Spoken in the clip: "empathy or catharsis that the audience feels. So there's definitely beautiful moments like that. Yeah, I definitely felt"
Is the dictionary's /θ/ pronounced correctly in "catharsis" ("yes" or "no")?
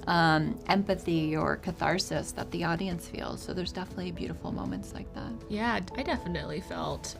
yes